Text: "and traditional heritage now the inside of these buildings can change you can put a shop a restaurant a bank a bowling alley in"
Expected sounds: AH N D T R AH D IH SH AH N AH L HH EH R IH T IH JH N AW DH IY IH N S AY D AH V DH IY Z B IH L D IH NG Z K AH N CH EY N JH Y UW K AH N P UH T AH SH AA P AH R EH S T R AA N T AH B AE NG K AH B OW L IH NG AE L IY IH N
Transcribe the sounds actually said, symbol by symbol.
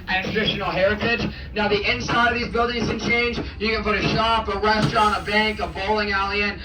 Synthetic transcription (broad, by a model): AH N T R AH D IH SH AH N L HH EH R IH T IH JH N AW DH IY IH N S AY D AH V DH IY Z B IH L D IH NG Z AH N CH EY N JH Y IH K AH N P UH T AH SH AA P AH R EH S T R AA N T AH B AE NG K AH B OW L IH NG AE L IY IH N